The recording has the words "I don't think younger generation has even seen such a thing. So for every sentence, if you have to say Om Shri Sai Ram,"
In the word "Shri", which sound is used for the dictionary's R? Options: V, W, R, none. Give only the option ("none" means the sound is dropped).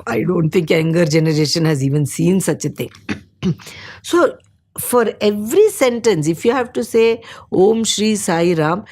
R